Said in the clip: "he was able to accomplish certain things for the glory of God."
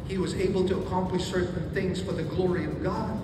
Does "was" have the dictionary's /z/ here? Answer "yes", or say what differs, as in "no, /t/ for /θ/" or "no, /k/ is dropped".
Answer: yes